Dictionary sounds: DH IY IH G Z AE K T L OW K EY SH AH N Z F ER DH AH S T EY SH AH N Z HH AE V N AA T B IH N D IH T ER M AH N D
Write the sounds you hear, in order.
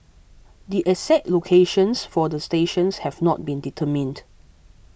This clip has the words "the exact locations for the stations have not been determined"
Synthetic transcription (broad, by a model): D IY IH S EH T L OW K EY SH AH N S F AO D AH S T EY SH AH N S HH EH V N AA T B IH N D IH T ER M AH N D